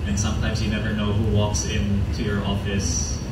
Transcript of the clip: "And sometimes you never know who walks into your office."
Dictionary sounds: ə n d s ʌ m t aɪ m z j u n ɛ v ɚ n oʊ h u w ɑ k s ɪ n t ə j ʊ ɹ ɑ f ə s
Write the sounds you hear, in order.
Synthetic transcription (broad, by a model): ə n s ʌ m t aɪ m z j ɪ n ɛ v ɚ n oʊ h u w ɑ k s ɪ n t ə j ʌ ɹ ɑ f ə s